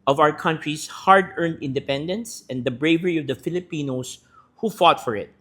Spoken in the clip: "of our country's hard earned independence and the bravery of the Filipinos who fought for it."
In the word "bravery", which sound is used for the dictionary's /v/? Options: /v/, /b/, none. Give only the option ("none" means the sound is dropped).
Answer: /v/